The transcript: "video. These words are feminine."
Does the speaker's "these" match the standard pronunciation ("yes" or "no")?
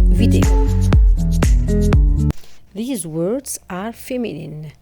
yes